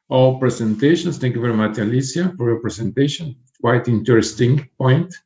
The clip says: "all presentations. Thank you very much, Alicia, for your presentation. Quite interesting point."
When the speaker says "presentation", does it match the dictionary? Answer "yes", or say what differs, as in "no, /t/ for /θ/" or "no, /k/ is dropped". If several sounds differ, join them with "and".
no, /s/ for /z/